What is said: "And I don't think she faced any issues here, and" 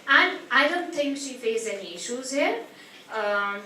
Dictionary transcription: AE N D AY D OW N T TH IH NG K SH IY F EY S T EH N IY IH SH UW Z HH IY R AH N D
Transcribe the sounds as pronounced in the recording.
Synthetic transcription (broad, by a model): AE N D AY D OW N T T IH NG K SH IY F EY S EH N IY IH SH UW Z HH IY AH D